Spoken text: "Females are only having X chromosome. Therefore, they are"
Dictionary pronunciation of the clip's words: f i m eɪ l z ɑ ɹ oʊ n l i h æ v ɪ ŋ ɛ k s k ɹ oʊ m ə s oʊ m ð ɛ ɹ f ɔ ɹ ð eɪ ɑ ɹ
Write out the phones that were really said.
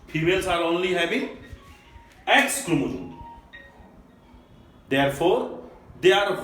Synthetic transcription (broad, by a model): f i m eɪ l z ɑ ɹ oʊ n l i h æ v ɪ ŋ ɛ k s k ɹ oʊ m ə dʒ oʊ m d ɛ ɹ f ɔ ɹ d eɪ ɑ ɹ